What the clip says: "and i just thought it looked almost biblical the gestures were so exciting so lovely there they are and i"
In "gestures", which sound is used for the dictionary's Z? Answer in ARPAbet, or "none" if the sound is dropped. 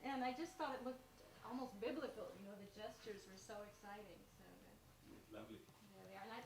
Z